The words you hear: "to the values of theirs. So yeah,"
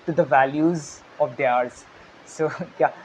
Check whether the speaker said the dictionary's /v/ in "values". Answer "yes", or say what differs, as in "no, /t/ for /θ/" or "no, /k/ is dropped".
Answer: yes